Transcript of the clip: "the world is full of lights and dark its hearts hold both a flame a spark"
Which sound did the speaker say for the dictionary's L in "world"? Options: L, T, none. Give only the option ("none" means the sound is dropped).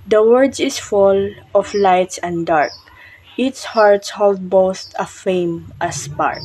none